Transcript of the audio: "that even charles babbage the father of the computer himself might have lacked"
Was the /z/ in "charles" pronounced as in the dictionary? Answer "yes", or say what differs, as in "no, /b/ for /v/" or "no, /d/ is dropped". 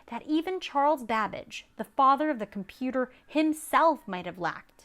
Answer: yes